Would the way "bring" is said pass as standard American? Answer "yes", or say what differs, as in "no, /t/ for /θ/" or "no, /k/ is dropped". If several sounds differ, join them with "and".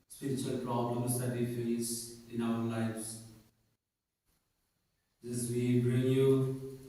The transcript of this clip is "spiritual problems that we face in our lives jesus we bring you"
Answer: yes